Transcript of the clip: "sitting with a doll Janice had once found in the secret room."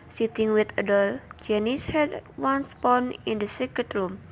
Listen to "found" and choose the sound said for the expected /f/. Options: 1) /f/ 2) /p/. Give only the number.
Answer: 2